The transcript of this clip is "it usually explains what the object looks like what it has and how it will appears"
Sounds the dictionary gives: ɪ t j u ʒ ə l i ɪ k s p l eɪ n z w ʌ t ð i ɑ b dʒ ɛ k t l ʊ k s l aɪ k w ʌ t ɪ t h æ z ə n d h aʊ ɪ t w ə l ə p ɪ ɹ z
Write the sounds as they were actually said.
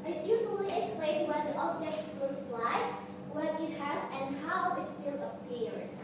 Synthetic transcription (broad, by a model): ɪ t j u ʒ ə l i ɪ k s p l eɪ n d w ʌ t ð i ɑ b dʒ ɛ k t w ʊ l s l aɪ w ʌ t ɪ t h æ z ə n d h aʊ ɪ t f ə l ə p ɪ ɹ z